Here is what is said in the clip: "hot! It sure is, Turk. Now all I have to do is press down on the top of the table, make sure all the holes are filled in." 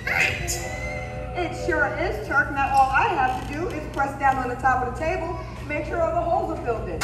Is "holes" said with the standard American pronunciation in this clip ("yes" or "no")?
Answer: yes